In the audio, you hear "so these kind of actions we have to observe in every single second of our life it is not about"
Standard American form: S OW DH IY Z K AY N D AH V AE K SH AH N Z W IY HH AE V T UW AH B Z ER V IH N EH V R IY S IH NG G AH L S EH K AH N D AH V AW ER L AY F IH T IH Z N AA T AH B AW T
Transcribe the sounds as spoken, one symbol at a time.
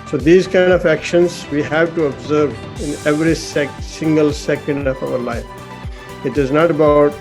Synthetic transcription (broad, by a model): S OW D IY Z K AY N D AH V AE K SH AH N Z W IY HH AE V T UW AH B Z ER V IH N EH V R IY S IH NG G AH L S EH K AH N D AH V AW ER L AY F IH T IH Z N AA T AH B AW T